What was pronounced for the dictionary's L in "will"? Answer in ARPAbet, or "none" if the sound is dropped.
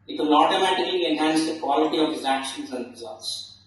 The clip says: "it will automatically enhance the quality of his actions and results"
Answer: N